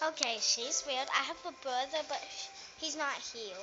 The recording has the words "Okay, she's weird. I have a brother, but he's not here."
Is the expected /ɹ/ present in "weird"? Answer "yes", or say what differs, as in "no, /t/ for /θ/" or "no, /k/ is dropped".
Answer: no, /l/ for /ɹ/